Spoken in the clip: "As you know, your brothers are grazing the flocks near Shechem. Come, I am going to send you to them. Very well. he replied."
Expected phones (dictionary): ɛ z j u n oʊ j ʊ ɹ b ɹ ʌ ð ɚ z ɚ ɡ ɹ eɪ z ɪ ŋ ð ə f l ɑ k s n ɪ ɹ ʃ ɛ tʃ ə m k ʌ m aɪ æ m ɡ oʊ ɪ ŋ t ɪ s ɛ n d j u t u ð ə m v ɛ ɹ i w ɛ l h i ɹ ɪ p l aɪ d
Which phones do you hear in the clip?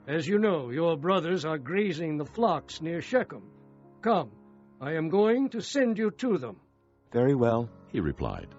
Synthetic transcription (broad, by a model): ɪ z j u n oʊ j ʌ ɹ b ɹ ʌ ð ɚ z ɚ ɡ ɹ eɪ z ɪ ŋ ð ə f l ɑ k s n ɪ ɹ ʃ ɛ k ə m k ʌ m aɪ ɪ m ɡ oʊ ɪ ŋ t ɪ s ɛ n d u t u ð ə m v ɛ ɹ i w ɛ l h i ɹ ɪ p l aɪ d